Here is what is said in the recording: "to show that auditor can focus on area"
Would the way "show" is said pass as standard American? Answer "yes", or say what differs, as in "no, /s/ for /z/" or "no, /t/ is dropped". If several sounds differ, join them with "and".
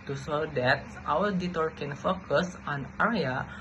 no, /s/ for /ʃ/